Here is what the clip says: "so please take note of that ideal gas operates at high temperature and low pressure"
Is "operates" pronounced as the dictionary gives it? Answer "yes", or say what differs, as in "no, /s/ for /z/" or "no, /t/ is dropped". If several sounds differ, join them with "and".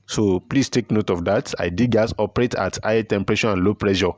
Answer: no, /s/ is dropped